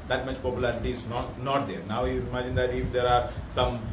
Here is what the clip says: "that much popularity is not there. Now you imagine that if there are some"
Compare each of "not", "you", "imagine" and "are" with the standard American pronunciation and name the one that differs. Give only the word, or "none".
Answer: none